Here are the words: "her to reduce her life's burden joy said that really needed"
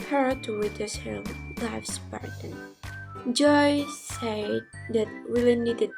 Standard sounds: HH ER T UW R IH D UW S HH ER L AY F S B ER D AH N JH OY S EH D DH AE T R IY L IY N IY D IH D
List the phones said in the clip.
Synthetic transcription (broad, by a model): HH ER T UW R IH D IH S HH ER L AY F S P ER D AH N JH OY S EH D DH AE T W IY L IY N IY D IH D